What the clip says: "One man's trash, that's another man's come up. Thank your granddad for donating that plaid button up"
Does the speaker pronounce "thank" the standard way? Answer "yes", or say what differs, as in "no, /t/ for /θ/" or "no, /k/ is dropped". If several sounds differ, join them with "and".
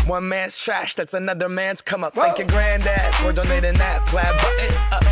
no, /ŋ/ is dropped